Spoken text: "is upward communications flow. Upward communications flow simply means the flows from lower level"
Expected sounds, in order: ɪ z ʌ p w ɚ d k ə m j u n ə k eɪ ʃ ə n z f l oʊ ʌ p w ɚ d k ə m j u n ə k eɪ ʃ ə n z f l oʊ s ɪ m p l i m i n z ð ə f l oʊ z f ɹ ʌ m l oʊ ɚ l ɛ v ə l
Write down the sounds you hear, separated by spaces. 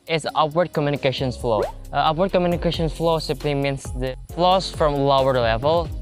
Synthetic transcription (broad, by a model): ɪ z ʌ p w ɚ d k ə m j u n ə k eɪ ʃ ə n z f l oʊ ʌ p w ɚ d k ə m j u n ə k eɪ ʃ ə n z f l oʊ s ɪ m p l i m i n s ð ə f l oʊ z f ɹ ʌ m l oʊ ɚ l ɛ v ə l